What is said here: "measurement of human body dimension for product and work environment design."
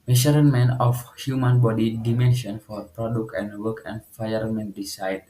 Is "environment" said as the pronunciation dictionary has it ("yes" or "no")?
no